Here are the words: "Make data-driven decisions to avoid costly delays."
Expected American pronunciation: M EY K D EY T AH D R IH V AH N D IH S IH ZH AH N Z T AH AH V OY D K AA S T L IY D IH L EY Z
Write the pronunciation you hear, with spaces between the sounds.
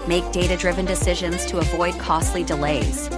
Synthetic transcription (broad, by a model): M EY K D EY T AH D R IH V AH N D IH S IH ZH AH N Z T AH AH V OY D K AA S T L IY D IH L EY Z